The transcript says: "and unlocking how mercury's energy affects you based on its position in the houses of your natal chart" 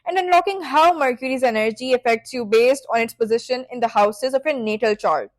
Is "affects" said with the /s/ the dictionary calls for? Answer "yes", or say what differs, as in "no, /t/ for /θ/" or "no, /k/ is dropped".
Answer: yes